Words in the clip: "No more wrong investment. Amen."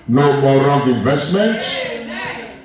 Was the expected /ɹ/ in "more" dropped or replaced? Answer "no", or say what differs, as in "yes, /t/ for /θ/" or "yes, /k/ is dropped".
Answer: yes, /l/ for /ɹ/